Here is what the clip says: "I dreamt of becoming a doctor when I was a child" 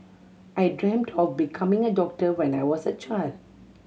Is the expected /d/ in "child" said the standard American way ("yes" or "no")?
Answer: yes